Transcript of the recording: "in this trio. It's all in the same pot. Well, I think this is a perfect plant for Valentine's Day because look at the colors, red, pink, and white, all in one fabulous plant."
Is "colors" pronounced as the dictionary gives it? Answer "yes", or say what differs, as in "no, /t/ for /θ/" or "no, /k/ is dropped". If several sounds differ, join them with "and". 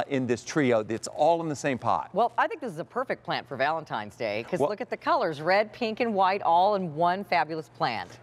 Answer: yes